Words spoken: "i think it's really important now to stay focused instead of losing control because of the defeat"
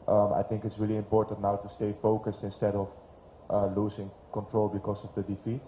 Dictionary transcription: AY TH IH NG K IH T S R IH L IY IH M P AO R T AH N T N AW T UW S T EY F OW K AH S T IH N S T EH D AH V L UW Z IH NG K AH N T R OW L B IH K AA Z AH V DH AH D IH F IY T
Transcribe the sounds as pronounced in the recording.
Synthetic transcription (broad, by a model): AY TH IH NG K IH T S R IH L IY IH M P AO R T AH N T N AW T UW S T EY F OW K AH S T IH N S T EH D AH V L UW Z IH NG K AH N T R OW L B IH K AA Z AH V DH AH D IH F IY T